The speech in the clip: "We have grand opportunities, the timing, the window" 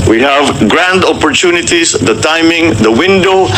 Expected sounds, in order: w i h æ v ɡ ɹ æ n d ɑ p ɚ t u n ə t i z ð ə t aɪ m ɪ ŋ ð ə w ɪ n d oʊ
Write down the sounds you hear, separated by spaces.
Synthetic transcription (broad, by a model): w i h æ v ɡ ɹ æ n d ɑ p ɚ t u n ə t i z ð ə t aɪ m ɪ ŋ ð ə w ɪ n d oʊ